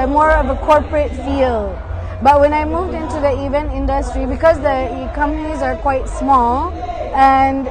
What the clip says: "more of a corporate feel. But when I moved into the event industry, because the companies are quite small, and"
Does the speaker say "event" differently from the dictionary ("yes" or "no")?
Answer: no